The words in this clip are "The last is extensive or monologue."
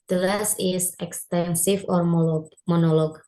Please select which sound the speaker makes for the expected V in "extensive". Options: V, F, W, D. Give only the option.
F